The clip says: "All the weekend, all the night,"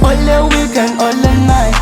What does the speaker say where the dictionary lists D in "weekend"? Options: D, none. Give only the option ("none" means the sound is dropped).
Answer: none